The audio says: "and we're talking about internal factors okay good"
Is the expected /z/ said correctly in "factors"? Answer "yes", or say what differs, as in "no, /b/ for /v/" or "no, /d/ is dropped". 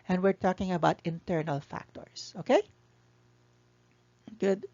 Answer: no, /s/ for /z/